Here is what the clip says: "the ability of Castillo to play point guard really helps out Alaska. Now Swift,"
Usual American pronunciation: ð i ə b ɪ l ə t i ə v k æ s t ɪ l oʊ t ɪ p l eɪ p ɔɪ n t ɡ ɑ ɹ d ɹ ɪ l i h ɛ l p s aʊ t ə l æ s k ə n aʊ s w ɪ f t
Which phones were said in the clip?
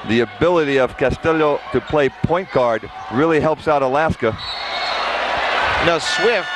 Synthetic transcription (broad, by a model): ð i ə b ɪ l ə t i ə v k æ s t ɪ l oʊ t ɪ p l eɪ p ɔɪ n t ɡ ɑ ɹ d ɹ ɪ l i h ɛ l p s aʊ t ə l æ s k ə n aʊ s w ɪ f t